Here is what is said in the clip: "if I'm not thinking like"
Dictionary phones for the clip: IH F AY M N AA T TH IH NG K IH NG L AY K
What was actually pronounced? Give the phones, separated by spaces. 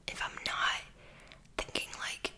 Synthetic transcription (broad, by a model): IH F AY M N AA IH TH IH NG K IH NG L AY K